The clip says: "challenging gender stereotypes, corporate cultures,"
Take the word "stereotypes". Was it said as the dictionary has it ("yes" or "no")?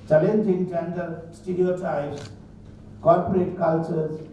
no